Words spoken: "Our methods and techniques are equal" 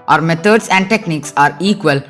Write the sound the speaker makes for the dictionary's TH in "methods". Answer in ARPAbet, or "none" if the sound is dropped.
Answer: T